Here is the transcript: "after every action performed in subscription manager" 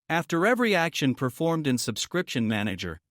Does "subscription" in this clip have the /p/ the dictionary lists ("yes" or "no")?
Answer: yes